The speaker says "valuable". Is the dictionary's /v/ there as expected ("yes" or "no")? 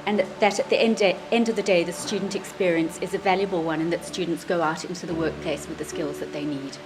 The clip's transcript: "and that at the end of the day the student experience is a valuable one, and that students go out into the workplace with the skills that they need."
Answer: yes